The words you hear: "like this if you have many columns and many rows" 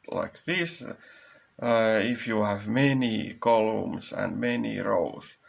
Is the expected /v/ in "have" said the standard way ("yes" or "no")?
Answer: yes